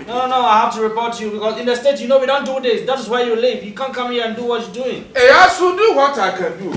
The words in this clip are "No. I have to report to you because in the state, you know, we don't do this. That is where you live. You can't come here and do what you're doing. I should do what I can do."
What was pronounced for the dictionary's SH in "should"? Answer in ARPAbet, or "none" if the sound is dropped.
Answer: S